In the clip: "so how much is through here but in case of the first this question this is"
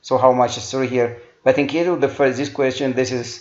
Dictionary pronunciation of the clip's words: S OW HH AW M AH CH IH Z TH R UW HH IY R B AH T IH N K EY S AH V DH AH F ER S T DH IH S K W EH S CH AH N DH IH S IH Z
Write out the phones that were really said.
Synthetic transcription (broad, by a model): S OW HH AW M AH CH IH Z S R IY HH IY R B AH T IH N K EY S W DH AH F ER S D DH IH S K W EH S CH AH N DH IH S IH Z